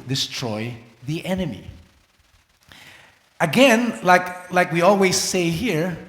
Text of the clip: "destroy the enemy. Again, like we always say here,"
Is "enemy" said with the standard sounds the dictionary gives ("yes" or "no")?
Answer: yes